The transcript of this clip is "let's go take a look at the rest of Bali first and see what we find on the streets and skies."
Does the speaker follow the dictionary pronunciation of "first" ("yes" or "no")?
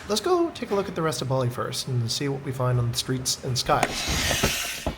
yes